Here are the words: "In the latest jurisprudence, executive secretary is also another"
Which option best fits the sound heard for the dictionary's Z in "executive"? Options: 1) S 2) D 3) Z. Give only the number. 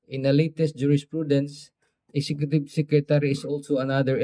1